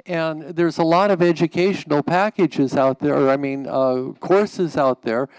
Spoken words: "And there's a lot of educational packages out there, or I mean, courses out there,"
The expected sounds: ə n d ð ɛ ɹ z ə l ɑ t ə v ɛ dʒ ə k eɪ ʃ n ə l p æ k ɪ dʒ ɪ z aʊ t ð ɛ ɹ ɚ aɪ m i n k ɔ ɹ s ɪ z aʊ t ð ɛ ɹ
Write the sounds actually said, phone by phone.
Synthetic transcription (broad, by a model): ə n ð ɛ ɹ z ə l ɑ t ə v ɛ dʒ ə k eɪ ʃ n l p æ k ɪ dʒ ɪ z aʊ t ð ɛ ɹ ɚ aɪ m i n k ɔ ɹ s ɪ z aʊ t ð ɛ ɹ